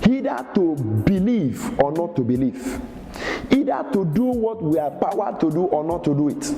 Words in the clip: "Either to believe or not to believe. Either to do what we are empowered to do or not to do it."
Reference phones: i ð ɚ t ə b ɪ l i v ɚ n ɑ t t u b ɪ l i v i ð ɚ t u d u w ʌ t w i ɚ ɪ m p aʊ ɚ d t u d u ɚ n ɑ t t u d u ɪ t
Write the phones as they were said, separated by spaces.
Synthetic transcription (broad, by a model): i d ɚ t ə b ɪ l i v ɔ n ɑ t t u b ɪ l i v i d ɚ t u d u w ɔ t w i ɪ p aʊ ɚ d t u d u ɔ n ɑ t t u d u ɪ t